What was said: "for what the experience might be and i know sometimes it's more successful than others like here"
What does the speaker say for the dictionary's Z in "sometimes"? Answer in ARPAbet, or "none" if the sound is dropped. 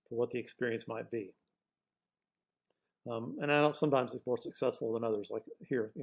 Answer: Z